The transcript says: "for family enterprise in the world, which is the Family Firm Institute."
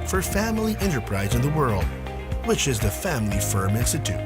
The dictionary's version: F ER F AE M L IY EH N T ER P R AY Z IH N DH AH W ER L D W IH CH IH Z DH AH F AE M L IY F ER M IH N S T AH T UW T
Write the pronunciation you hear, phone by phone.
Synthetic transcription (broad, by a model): F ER F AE M L IY EH N T ER P R AY Z IH N DH AH W ER L D W IH CH IH Z DH AH F AE M L IY F ER M IH N S T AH T UW T